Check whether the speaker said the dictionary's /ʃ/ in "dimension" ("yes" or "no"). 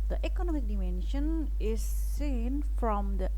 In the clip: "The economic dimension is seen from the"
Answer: yes